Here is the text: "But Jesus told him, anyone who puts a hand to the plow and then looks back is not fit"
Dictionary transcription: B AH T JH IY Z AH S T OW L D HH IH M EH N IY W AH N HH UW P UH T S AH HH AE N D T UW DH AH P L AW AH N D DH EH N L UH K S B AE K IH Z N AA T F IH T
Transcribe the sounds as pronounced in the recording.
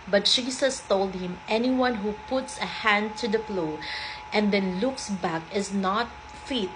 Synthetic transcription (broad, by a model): B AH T SH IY S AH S T OW L D HH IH M EH N IY W AH N HH UW P UH T S AH HH AE N D T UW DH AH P L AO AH N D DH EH N L UH K S B AE K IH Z N AA T F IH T